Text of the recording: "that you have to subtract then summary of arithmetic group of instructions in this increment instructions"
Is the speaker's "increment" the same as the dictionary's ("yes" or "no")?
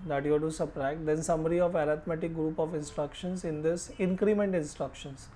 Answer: yes